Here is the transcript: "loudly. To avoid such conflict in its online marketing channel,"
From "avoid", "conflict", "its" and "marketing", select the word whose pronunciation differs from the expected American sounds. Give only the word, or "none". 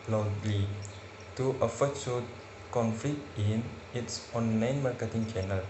avoid